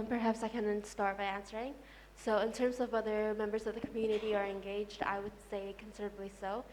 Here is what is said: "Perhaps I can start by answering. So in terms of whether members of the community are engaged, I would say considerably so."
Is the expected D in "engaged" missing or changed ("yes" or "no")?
no